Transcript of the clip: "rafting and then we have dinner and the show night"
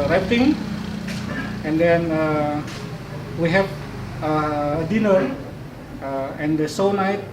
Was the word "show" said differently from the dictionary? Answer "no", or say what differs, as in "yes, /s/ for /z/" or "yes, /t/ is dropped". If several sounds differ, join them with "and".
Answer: yes, /s/ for /ʃ/